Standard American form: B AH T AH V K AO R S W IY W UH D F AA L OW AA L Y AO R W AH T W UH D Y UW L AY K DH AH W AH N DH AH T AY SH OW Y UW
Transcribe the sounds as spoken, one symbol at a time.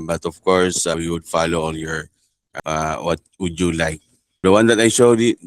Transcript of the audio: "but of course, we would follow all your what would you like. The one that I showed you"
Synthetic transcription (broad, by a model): B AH T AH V K AO R S W IY W UH D F AA L OW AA N Y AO R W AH T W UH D Y UW L AY K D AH W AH N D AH T AY SH OW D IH